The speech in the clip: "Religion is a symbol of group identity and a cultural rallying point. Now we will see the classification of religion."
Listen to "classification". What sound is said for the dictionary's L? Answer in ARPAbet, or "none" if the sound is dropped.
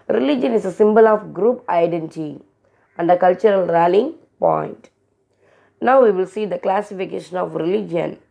L